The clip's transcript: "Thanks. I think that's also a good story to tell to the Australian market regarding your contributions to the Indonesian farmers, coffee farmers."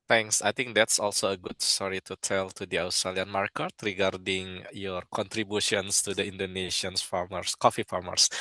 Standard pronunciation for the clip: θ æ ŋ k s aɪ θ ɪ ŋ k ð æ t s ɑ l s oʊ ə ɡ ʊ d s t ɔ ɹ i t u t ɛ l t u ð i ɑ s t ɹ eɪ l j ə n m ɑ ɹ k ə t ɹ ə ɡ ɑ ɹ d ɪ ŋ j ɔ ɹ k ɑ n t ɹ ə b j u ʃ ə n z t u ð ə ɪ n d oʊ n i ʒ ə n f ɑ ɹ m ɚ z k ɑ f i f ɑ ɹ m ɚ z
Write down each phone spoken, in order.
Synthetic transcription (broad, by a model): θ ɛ ŋ k s aɪ t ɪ ŋ k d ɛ t s ɑ l s oʊ ə ɡ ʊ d s t ɔ ɹ i t u t ɛ l t u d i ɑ s t ɹ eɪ l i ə n m ɑ ɹ k ə t ɹ ə ɡ ɑ ɹ d ɪ ŋ j ɔ ɹ k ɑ n t ɹ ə b j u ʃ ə n s t u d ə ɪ n d oʊ n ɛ ʃ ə n f ɑ ɹ m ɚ s k ɑ f i f ɑ ɹ m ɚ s